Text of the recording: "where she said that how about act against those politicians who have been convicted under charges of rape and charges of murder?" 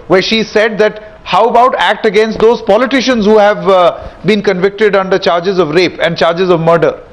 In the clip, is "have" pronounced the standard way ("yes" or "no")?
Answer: yes